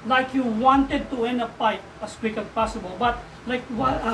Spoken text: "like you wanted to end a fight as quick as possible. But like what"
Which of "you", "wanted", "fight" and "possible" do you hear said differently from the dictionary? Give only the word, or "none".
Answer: fight